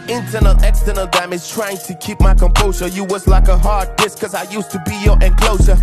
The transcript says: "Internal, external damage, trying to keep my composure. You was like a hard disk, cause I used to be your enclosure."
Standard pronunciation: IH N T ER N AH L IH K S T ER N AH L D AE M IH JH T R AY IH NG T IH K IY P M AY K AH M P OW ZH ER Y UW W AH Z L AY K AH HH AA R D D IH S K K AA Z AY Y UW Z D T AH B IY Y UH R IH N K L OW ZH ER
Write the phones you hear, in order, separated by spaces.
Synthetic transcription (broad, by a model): IH N T ER N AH L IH K S T ER N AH L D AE M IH Z T R AY IH NG T IH K IY P M AY K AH M P OW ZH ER Y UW W AH Z L AY K AH HH AA R D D IH S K K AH Z AY Y UW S T AH B IY Y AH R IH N K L OW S ER